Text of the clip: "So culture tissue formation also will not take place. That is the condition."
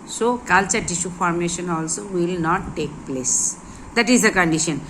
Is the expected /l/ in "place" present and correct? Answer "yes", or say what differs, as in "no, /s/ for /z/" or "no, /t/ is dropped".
yes